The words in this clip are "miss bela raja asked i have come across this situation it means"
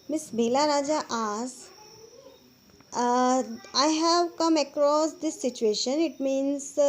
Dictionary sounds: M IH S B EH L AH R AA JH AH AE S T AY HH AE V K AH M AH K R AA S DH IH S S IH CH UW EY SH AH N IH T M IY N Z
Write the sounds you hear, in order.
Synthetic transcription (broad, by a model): M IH S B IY L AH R AA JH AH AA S AY HH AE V K AH M AH K R AA S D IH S S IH CH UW EY SH AH N IH T M IY N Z